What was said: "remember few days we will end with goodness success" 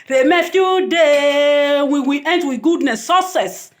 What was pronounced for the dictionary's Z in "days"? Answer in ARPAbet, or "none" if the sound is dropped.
none